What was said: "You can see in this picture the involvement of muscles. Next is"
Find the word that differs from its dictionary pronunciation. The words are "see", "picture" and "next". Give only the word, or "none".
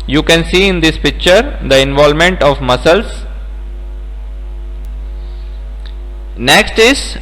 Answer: none